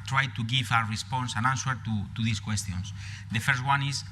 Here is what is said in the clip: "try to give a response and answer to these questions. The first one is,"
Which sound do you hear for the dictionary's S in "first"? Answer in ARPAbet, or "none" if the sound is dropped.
S